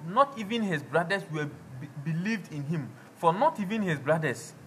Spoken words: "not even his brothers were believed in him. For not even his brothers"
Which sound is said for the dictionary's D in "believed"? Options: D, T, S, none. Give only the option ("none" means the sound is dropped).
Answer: D